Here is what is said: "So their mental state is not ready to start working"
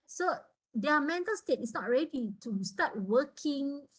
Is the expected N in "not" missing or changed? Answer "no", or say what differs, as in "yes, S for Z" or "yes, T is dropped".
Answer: no